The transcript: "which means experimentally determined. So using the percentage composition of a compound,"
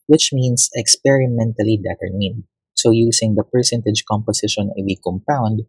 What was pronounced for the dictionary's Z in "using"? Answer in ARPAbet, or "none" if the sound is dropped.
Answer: S